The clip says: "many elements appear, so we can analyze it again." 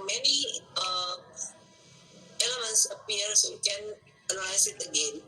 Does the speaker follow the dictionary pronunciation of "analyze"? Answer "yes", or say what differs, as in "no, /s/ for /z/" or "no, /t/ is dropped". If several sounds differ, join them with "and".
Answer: no, /l/ is dropped